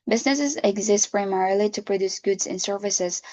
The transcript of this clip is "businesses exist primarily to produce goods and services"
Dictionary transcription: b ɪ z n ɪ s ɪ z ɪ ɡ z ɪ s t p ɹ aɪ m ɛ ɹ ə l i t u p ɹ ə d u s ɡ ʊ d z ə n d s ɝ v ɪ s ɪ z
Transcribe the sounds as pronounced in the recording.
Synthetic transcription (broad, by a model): b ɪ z n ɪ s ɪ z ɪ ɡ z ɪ s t p ɹ aɪ m ɛ ɹ ə l i t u p ɹ ə d u s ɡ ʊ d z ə n s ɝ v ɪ s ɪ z